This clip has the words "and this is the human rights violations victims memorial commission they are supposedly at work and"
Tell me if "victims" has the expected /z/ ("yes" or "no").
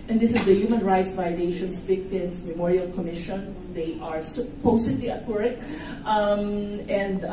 no